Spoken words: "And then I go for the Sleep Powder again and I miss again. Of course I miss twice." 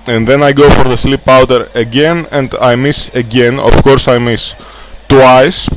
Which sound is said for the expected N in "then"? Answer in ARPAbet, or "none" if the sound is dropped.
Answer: N